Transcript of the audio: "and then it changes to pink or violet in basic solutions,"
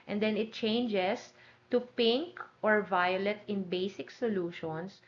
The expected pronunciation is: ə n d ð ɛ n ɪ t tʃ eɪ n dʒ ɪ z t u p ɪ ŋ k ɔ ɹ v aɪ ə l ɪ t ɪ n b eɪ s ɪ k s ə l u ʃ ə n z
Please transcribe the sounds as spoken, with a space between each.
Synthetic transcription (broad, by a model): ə n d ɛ n ɪ t tʃ eɪ n dʒ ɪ s t u p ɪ ŋ k ɔ ɹ v aɪ ə l ɪ t ɪ n b eɪ s ɪ k s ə l u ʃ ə n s